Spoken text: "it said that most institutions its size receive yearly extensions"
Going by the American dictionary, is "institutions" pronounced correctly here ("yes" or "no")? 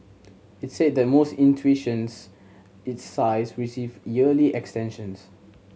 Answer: no